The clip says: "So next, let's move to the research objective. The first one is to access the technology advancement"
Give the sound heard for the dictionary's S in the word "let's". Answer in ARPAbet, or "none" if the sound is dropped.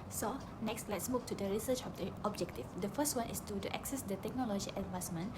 S